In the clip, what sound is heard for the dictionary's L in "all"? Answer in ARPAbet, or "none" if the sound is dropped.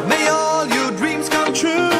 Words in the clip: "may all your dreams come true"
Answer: L